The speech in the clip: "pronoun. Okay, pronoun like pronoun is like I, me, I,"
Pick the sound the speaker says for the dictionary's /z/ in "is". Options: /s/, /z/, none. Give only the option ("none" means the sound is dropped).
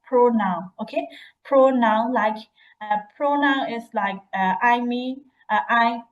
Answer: /s/